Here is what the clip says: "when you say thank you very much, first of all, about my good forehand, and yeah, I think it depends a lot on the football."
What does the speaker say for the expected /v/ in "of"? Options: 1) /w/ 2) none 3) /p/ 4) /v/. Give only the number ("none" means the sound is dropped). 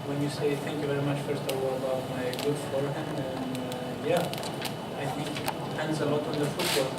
1